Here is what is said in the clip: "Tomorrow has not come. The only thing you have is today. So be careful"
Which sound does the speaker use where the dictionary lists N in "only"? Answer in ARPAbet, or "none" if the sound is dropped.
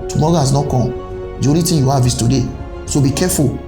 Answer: none